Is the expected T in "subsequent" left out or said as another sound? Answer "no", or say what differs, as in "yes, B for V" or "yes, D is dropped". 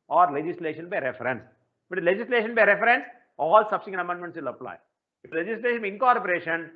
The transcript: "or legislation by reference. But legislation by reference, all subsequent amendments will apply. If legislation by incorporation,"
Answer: yes, T is dropped